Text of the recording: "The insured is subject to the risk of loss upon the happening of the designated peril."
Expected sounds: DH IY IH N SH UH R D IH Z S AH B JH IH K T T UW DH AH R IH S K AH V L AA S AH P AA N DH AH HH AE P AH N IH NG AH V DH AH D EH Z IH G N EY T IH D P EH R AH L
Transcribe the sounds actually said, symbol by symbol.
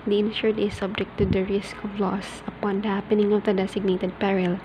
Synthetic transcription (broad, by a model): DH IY IH N SH UH R D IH S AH B JH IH K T T UW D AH R IH S K AH V L AA S AH P AA N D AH HH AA P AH N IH NG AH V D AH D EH S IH G N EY T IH D P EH R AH L